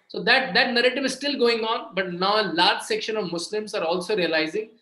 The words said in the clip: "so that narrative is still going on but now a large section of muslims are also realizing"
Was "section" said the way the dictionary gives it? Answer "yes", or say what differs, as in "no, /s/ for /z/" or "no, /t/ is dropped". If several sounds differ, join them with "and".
yes